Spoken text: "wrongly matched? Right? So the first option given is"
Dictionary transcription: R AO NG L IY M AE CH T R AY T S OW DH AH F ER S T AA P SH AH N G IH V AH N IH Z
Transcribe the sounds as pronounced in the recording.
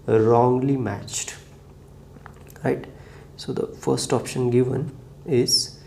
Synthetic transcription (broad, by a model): R AO NG L IY M AE CH T R AY T S OW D AH F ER S T AA P SH AH N G IH V AH N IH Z